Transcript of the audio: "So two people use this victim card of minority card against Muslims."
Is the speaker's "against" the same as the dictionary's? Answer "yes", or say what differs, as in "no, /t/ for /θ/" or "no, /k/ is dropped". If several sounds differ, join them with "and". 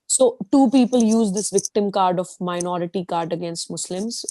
yes